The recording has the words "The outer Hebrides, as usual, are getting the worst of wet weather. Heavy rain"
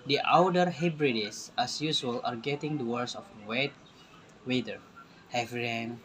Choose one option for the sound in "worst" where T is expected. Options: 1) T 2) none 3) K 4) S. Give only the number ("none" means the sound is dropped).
2